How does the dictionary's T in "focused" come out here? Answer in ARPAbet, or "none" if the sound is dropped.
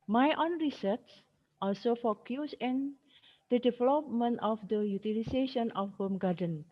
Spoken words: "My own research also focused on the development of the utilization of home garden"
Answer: none